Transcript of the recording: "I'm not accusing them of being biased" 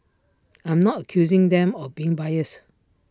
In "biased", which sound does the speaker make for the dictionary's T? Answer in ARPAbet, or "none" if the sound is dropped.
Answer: none